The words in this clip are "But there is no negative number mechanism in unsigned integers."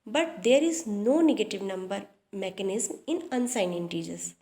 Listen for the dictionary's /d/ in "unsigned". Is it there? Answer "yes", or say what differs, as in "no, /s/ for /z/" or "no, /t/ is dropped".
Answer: no, /d/ is dropped